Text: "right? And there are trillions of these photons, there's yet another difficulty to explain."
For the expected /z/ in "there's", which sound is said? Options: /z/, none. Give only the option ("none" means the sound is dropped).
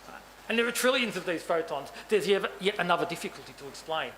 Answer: none